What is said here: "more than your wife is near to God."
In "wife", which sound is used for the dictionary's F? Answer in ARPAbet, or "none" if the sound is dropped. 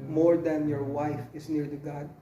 F